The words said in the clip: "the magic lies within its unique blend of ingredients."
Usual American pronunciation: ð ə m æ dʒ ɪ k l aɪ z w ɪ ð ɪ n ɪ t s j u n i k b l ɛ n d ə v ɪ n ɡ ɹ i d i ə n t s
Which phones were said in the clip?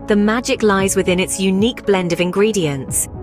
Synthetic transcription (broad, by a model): ð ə m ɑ dʒ ɪ k l aɪ z w ɪ ð ɪ n ɪ t s j u n i k b l ɛ n d ə v ɪ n ɡ ɹ i d i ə n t s